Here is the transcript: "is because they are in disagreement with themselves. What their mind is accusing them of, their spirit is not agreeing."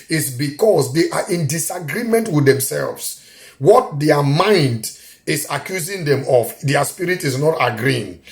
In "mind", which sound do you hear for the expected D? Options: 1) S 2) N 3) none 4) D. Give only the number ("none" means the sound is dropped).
4